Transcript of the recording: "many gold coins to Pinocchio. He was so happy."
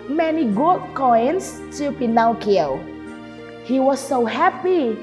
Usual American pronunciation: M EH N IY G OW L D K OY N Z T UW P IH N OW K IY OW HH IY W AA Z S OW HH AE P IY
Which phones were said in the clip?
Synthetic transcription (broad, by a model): M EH N IY G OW D K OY N S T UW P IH N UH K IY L HH IY W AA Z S OW HH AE P IY